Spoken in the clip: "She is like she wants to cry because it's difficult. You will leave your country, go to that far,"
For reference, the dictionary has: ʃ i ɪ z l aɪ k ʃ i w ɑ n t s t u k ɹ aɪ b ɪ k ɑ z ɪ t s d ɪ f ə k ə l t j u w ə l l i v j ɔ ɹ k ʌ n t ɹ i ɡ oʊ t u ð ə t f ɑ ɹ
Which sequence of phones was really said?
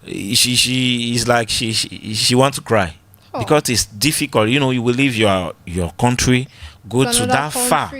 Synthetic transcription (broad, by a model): ʃ i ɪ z l aɪ k ʃ i w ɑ n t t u k ɹ aɪ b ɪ k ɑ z ɪ t s d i f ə k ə l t j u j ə w l i v j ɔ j k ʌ n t ɹ i ɡ oʊ t u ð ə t f ɑ